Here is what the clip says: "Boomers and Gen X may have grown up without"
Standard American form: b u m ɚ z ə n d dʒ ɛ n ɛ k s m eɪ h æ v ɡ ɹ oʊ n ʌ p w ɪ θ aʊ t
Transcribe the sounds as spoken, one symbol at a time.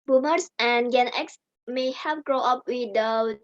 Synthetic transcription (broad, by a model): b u m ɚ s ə n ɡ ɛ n ɛ k s m eɪ h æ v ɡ ɹ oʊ ʌ p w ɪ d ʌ